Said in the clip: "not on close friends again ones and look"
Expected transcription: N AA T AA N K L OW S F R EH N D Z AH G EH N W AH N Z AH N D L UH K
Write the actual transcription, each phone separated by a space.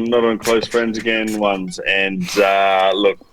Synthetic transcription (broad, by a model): N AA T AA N K L OW S F R EH N D Z AH G EH N W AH N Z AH N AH L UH K